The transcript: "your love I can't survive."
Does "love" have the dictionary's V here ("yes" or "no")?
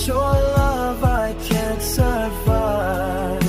yes